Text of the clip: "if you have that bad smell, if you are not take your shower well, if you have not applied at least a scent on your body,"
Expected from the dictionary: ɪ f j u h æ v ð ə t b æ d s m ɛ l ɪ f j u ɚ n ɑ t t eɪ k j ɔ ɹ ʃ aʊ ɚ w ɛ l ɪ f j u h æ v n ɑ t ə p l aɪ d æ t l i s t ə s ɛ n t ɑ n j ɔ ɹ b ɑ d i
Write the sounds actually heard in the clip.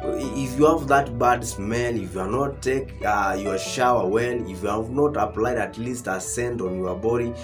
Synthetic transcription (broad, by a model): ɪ f j u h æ v ð ə t b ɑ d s m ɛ n ɪ f j u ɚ n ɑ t t eɪ k j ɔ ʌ ʃ aʊ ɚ w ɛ n ɪ f j u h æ v n ɑ t ə p l aɪ d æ t l i s t ə s ɛ n t ɑ n j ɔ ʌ b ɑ d i